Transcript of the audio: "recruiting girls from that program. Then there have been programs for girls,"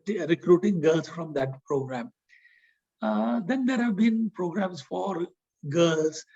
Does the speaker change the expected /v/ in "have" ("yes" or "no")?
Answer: no